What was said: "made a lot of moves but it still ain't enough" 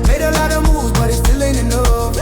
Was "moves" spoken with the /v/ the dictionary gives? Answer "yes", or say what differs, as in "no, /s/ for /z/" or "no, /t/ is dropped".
no, /v/ is dropped